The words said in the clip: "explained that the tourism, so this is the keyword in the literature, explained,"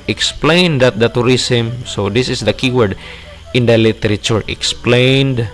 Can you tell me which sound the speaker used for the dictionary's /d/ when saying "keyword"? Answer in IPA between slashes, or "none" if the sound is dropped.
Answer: /d/